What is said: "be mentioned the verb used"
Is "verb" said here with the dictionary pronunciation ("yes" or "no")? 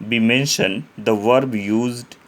yes